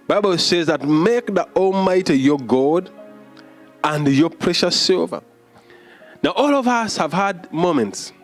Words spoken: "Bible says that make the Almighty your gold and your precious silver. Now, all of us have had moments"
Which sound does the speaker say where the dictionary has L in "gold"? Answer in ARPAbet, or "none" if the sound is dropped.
none